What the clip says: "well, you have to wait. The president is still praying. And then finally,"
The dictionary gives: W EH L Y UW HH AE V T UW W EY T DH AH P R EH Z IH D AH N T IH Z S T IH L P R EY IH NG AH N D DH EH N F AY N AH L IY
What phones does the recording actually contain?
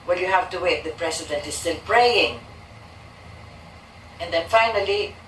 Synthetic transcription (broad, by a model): W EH L Y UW HH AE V T UW W EY T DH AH P R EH S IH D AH N T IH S S T IH L P R EY IH NG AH N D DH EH N F AY N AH L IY